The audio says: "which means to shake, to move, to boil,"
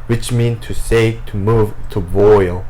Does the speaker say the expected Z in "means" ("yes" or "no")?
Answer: no